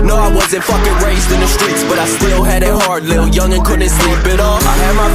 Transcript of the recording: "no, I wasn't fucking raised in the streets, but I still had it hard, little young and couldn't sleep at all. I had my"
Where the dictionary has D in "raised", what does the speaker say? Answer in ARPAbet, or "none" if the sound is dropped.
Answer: D